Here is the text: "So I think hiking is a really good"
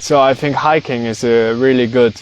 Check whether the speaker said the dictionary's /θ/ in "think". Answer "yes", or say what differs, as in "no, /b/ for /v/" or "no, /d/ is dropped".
yes